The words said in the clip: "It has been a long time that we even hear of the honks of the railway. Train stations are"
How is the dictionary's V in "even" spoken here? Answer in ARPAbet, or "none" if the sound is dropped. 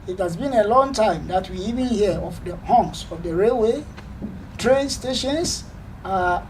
V